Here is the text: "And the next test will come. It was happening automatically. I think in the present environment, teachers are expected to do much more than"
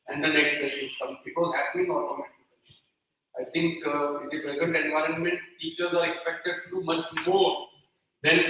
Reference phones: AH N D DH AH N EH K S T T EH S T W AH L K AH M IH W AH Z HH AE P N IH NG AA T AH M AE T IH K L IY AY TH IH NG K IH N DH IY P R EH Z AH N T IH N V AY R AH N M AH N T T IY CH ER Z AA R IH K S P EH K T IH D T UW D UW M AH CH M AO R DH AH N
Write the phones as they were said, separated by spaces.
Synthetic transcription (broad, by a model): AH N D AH N EH K S T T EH T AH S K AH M IH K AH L HH AE P N IH NG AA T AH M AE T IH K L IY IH T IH NG K IH N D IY P R EH Z AH N T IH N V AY R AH N M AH N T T IY CH ER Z AA R IH K S P EH K T IH D T UW D UW M AH CH M AO R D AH N